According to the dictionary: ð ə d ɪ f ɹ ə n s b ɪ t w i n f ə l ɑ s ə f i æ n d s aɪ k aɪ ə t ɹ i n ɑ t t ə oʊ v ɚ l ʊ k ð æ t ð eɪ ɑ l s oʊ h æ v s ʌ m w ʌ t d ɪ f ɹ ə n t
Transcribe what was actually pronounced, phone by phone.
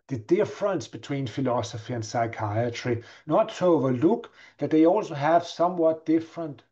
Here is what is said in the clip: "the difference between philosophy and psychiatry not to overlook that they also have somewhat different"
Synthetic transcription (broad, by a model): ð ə d ɪ f ɹ ə n s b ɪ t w i n f ə l ɑ s ə f i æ n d s aɪ k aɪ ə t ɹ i n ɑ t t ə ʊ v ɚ l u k ð æ t ð eɪ ɑ l s oʊ h æ v s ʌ m w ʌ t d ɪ f ɹ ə n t